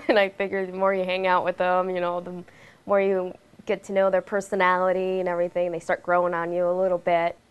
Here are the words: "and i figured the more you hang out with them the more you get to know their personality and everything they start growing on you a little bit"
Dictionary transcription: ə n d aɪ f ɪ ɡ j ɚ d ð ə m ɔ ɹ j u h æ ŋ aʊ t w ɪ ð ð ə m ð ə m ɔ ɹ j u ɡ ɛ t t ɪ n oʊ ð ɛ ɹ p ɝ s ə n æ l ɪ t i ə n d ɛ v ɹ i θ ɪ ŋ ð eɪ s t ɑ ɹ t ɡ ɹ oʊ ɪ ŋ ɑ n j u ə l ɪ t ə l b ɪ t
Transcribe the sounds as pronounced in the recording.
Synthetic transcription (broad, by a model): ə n aɪ f ɪ ɡ j ɚ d ð ə m ɔ ɹ j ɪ h æ ŋ aʊ t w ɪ ð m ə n ð ə m ɔ ɹ j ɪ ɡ ɛ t t ɪ n oʊ ð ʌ ɹ p ɝ s ə n æ l ɪ t i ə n ɛ v ɹ i θ ɪ ŋ ð eɪ s t ɑ ɹ t ɡ ɹ oʊ ɪ ŋ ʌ n j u ə l ɪ t l b ɪ t